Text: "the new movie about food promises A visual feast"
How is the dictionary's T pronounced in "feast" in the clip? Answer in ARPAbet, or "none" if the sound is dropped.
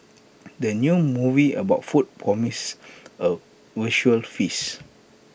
none